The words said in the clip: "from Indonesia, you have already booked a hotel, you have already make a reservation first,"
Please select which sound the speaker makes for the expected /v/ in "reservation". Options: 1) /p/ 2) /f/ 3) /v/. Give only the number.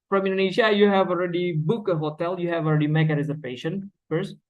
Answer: 1